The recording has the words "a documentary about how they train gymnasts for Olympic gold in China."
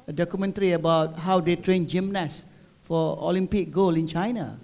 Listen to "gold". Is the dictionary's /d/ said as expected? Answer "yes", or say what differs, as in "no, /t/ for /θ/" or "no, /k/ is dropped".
no, /d/ is dropped